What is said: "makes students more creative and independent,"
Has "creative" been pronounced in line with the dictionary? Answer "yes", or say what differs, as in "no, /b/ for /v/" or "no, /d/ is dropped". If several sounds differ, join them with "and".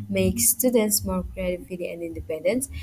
no, /v/ is dropped